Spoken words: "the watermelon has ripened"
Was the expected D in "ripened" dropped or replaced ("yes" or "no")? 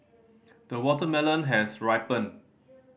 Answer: yes